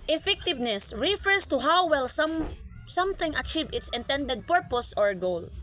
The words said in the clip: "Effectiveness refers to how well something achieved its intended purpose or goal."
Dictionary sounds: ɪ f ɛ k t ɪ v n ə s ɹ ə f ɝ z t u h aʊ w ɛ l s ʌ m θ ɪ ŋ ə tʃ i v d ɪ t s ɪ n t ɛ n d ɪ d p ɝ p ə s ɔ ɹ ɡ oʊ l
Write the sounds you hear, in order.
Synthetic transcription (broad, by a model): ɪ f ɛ k t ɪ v n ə s ɹ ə f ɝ s t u h aʊ w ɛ l s ʌ m θ ɪ ŋ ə tʃ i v ɪ t s ɪ n t ɛ n d ɪ d p ɝ p ə s ɔ ɹ ɡ oʊ l